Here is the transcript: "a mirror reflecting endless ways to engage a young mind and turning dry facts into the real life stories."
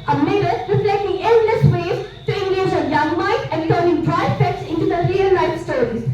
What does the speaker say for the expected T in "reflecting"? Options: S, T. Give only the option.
S